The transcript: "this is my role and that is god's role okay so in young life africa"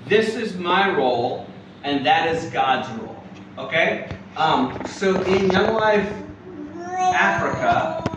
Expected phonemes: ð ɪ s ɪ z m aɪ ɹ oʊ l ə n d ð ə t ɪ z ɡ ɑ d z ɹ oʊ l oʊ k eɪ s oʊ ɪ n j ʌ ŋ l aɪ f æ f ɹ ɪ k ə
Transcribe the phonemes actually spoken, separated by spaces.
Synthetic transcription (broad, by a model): ð ɪ s ɪ z m aɪ ɹ oʊ l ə n ð ə t ɪ z ɡ ɑ d z ɹ oʊ l oʊ k eɪ s oʊ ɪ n j ʌ ŋ l aɪ f æ f ɹ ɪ k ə